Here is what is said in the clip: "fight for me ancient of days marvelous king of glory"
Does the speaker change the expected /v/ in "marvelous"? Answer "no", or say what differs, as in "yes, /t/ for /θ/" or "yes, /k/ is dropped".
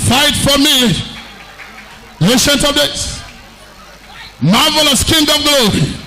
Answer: no